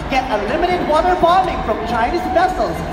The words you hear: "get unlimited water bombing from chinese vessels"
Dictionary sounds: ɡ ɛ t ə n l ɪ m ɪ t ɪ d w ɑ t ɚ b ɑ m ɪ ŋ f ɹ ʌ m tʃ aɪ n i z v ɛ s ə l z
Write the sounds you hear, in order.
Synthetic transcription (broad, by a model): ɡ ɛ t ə l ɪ m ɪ t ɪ d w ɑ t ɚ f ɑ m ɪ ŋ f ɹ ʌ m tʃ aɪ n i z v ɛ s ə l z